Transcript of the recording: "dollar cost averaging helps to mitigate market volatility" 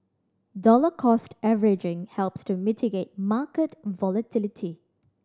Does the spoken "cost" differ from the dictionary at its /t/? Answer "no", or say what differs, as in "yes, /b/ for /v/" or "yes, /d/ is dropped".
no